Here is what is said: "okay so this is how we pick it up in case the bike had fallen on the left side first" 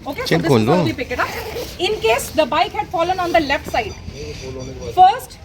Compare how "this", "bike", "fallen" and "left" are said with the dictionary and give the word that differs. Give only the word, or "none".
this